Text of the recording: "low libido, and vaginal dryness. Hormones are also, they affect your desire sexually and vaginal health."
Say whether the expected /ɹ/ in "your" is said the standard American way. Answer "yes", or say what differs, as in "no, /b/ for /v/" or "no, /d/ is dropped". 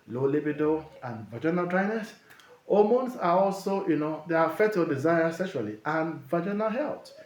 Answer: no, /l/ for /ɹ/